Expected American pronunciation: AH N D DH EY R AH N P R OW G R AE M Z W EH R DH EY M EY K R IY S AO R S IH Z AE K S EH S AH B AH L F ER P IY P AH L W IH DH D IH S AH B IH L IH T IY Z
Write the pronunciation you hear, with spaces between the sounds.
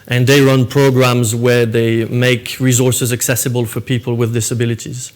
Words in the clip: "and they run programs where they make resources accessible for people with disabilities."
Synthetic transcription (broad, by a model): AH N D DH EY R AH N P R OW G R AE M Z W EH R DH EY M EY K R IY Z AO R S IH Z AE K S EH S AH B AH L F ER P IY P AH L W IH DH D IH S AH B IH L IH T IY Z